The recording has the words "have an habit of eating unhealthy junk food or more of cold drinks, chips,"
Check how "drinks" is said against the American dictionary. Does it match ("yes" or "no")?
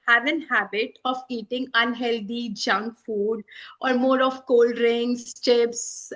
no